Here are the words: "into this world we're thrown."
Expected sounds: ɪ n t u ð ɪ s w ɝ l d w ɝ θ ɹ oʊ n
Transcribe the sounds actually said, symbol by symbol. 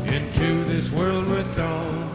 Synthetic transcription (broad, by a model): ɪ n t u ð ɪ s w ɝ l d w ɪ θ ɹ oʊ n